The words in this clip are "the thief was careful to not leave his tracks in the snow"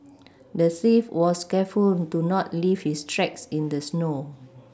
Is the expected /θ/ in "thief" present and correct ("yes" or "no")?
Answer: no